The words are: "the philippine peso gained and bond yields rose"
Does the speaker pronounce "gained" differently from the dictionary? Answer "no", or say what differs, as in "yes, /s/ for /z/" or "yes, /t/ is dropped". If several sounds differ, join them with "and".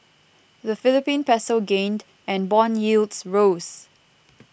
no